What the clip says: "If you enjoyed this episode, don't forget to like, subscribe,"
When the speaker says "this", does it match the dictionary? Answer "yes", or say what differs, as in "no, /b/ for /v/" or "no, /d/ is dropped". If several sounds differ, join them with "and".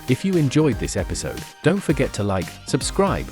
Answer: yes